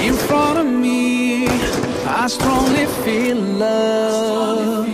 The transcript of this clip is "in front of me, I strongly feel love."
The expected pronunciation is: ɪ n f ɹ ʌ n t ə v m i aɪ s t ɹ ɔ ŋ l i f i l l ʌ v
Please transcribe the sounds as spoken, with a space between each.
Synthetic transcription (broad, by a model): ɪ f ɹ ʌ t ə v m i aɪ s t ɹ ɔ ŋ l i f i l l ʌ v